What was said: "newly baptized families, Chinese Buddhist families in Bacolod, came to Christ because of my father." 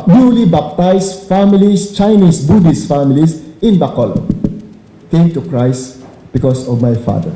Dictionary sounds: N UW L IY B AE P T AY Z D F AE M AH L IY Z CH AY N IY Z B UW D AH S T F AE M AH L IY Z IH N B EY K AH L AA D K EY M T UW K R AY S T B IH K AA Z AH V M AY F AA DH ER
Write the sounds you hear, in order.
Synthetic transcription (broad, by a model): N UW L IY B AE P T AY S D F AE M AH L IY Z CH AY N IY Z B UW D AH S F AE M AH L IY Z IH N B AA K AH L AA K EY M T UW K R AY S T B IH K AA S AH V M AY F AA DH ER